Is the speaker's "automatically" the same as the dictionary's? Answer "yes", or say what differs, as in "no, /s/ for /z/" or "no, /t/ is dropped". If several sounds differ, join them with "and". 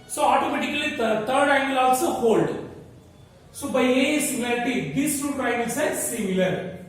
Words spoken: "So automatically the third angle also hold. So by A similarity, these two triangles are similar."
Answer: no, /l/ is dropped